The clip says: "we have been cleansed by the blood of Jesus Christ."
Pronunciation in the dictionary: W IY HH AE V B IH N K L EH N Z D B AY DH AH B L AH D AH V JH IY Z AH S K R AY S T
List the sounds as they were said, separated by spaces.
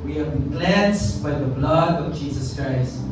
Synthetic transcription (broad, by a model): W IY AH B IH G L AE N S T B AY DH AH B L AH D AH V JH IY Z AH S K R AY S T